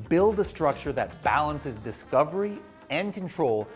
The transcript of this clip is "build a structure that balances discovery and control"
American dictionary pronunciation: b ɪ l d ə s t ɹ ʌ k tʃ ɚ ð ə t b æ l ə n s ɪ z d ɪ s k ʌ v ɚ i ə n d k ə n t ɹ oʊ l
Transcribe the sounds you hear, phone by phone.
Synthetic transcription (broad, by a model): b ɪ l d ə s t ɹ ʌ k tʃ ɚ ð ə t b æ l ə n s ɪ z d ɪ s k ʌ v ɚ i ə n k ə n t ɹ oʊ l